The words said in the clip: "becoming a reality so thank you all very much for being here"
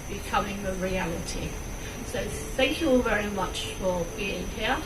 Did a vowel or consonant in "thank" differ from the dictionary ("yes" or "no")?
no